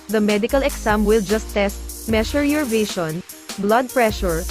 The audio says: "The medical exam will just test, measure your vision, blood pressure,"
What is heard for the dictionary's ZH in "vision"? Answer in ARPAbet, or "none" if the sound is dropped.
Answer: SH